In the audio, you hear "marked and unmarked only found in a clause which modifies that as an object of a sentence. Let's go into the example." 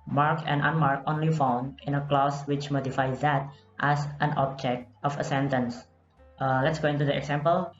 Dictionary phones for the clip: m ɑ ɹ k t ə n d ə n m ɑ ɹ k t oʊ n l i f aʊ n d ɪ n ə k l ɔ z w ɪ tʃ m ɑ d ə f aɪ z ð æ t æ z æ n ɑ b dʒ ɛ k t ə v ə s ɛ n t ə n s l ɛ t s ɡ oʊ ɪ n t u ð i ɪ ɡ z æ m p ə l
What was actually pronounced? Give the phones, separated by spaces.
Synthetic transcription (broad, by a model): m ɑ ɹ k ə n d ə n m ɑ ɹ k oʊ n l i f aʊ n d ɪ n ə k l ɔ s w ɪ tʃ m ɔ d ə f aɪ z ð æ t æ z æ n ɑ b dʒ ɛ k t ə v ə s ɛ n t ə n s l ɛ t s ɡ oʊ ɪ n t u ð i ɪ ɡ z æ m p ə l